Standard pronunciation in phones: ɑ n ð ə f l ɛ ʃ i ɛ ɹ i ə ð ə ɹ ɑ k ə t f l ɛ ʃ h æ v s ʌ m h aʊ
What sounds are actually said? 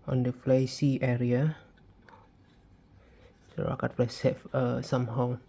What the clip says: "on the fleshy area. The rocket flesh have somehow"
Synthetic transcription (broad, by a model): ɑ n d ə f l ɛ s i ɛ ɹ i ə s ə ɹ ɑ k ə t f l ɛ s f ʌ s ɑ m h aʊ